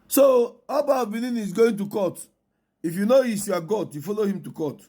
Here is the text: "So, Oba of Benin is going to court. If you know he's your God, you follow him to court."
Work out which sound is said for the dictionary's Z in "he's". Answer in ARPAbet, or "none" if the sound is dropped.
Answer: S